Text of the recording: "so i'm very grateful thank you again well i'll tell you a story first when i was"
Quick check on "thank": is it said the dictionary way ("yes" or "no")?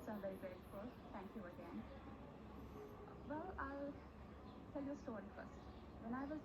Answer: no